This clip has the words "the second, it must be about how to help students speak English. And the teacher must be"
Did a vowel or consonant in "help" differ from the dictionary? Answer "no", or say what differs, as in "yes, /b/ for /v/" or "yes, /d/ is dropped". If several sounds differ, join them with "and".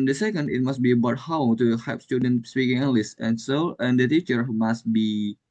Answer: yes, /l/ is dropped